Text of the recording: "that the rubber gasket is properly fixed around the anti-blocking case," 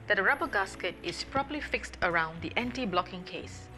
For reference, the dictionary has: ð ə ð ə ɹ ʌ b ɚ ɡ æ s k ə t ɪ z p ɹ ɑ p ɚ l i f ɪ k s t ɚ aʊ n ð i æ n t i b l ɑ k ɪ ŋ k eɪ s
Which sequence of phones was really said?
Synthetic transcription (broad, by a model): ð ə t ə ɹ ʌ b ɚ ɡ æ s k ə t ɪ s p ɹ ɑ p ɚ l i f ɪ k s t ɚ aʊ n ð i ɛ n t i b l ɑ k ɪ ŋ k eɪ s